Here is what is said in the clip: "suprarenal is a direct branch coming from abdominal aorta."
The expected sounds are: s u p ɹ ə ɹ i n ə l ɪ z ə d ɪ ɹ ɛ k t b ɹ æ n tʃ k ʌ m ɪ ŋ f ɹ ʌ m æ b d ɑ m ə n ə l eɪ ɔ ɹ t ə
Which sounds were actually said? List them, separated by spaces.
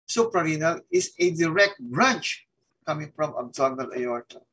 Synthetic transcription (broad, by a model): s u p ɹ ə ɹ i n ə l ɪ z ə d ɪ ɹ ɛ k t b ɹ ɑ n tʃ k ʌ m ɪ ŋ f ɹ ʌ m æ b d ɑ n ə l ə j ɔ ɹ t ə